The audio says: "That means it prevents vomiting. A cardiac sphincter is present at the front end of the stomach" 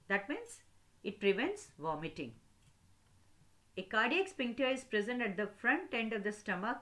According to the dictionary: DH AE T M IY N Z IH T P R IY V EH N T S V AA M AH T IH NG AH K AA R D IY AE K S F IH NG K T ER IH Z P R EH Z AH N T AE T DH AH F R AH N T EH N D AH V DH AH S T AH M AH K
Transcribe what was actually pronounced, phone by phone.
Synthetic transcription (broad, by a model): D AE T M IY N S IH T P R IY V EH N T S V AA M AH T IH NG AH K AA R D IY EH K S P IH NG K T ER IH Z P R EH Z AH N T AE T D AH F R AH N T EH N D AH V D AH S T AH M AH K